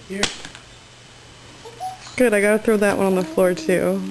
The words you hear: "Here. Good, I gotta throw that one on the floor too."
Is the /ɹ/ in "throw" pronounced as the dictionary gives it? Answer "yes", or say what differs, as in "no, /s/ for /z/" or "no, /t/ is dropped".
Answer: yes